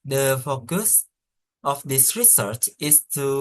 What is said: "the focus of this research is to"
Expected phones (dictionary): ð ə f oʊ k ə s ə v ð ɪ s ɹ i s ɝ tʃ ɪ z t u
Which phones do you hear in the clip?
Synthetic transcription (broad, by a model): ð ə f oʊ k ə s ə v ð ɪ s ɹ i s ɝ tʃ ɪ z t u